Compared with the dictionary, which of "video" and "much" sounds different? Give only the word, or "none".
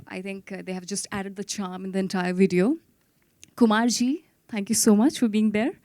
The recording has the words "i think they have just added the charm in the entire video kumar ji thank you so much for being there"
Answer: none